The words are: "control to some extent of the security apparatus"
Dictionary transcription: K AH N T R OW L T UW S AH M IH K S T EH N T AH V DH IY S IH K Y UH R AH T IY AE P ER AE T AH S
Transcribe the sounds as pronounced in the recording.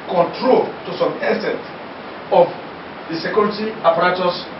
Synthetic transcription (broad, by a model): K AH N T R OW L T UW S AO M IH S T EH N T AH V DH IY S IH K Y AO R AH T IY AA P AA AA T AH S